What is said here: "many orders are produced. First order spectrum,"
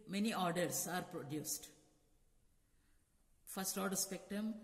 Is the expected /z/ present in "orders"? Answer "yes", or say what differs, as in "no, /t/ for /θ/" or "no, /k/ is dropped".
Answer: no, /s/ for /z/